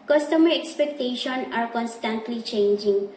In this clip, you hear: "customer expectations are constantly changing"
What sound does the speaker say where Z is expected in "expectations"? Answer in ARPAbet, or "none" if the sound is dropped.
none